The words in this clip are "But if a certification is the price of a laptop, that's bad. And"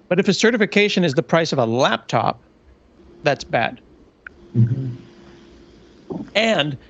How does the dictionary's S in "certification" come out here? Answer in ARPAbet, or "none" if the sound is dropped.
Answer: S